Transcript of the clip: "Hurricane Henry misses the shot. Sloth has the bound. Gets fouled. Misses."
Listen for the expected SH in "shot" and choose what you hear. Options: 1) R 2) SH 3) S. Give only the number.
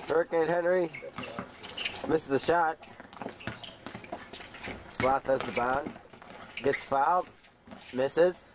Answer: 2